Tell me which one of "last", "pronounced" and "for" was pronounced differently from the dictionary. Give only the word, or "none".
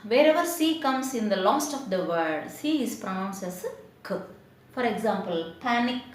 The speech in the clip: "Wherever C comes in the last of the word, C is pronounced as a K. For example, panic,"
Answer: pronounced